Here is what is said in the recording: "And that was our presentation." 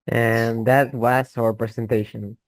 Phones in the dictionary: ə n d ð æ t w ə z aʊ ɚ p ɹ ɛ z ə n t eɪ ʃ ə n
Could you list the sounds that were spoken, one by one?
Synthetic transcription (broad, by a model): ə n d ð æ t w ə s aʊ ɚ p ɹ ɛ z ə n t eɪ ʃ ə n